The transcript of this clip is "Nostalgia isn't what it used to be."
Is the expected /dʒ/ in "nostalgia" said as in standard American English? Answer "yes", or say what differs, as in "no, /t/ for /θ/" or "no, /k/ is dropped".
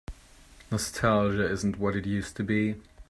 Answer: no, /ʒ/ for /dʒ/